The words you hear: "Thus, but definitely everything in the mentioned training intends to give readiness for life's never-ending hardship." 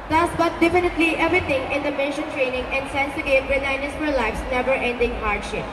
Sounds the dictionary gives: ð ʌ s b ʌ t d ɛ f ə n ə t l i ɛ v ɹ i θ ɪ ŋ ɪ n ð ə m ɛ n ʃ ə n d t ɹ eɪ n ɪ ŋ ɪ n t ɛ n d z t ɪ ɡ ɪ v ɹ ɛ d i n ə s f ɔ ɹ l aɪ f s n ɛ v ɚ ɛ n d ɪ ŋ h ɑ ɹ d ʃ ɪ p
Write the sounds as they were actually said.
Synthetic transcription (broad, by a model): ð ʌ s b ʌ t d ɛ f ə n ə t l i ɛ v ɹ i t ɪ ŋ ɪ n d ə m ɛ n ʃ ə n t ɹ eɪ n ɪ ŋ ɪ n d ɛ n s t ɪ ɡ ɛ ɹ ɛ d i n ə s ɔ l l aɪ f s n ɛ v ɚ ɛ n d ɪ ŋ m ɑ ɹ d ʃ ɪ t